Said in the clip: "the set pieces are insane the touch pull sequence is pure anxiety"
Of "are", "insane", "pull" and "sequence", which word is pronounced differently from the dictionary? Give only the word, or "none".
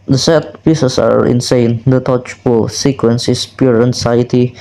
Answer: pull